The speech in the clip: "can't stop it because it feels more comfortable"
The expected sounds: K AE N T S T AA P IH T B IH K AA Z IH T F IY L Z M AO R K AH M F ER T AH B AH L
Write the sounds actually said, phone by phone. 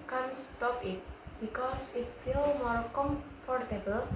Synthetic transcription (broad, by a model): K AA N S T AA P IH T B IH K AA S IH T F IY L M AO R K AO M F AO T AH B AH L